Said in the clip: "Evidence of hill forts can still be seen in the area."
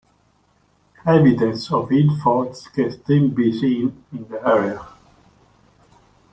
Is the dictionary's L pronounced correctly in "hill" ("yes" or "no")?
no